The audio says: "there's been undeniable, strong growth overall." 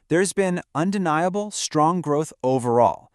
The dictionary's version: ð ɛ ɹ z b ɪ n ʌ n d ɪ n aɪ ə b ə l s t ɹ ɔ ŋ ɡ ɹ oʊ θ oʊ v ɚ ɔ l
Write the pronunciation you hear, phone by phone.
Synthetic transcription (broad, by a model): ð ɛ ɹ z b ɪ n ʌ n d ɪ n aɪ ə b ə l s t ɹ ɔ ŋ ɡ ɹ oʊ θ oʊ v ɚ ɔ l